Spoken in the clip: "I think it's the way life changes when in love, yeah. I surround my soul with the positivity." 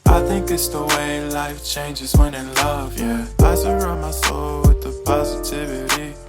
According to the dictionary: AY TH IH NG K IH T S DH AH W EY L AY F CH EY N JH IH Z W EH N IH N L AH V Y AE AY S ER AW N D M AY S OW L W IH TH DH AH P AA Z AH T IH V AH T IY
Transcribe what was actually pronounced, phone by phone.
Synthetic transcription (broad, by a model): AY TH IH NG K IH T S DH AH W EY L AY F CH EY N JH IH Z W EH N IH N L AH V Y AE AY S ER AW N M AY S OW L W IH DH AH P AA Z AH T IH V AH T IY